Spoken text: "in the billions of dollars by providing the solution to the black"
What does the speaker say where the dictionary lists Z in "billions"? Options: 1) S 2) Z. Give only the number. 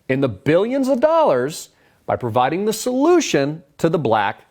2